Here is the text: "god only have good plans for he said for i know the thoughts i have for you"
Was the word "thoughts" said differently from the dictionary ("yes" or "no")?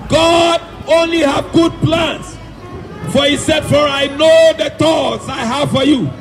yes